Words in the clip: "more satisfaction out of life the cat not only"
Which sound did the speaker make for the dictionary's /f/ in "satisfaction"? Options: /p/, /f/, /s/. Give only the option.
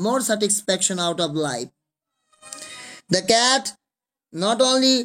/p/